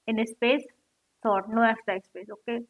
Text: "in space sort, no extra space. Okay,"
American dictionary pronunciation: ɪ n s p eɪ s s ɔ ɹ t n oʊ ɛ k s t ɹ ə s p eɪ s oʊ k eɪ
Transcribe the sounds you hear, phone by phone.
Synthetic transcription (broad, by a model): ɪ n s p eɪ s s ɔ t n oʊ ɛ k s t ə s p eɪ s oʊ k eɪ